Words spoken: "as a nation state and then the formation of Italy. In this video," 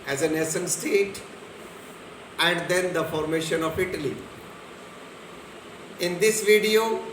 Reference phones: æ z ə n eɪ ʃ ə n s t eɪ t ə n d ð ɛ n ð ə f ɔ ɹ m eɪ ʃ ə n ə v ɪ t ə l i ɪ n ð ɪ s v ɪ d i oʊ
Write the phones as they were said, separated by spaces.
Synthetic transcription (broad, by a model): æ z ə n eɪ s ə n s t eɪ t ə n d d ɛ n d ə f ɔ ɹ m eɪ ʃ ə n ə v ɪ t ə l i ɪ n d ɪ s v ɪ d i oʊ